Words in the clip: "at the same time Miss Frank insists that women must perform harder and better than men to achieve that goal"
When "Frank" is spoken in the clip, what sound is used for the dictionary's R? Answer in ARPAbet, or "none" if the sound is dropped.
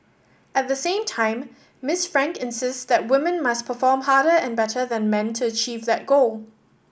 R